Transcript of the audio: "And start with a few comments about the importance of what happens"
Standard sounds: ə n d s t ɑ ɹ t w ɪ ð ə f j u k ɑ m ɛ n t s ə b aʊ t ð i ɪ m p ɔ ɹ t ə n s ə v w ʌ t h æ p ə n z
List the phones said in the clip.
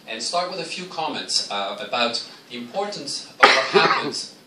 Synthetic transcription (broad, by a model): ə n s t ɑ ɹ t w ɪ ð ə f j u k ɑ m ɛ n t s ə b aʊ t ð i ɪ m p ɔ ɹ t n s ə v w ʌ t h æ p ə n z